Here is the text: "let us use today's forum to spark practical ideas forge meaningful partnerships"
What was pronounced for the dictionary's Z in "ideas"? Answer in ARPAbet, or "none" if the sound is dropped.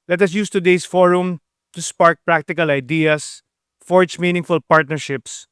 S